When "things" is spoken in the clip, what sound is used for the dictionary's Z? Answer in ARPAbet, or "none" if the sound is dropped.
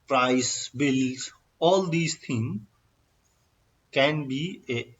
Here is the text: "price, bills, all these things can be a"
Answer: none